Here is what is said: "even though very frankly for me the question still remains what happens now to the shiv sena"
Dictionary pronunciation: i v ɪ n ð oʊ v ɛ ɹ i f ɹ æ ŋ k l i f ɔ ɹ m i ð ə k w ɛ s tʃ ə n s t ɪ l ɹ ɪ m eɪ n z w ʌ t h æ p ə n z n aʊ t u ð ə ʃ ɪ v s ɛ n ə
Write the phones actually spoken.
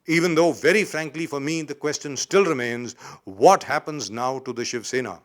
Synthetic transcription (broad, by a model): i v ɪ n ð oʊ v ɛ ɹ i f ɹ æ ŋ k l i f ɔ ɹ m i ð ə k w ɛ s tʃ ə n s t ɪ l ɹ ɪ m eɪ n z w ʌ t h æ p ə n z n aʊ t u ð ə ʃ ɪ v s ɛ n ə